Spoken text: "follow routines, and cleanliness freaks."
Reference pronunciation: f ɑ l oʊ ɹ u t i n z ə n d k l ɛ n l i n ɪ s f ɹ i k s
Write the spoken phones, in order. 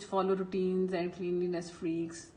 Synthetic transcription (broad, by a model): f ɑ l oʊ ɹ u t i n z ə n d k l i n l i n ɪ s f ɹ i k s